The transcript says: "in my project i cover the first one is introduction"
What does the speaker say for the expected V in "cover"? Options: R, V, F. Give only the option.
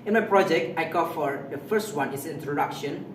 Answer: F